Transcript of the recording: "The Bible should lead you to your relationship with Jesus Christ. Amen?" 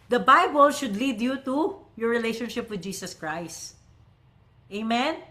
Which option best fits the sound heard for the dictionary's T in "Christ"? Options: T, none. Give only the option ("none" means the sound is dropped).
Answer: T